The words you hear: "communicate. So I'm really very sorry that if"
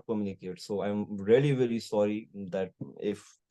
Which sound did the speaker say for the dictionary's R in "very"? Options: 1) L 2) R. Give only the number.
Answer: 1